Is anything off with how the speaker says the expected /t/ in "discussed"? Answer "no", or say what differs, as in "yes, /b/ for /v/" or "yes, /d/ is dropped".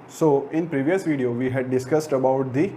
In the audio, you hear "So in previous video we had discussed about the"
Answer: no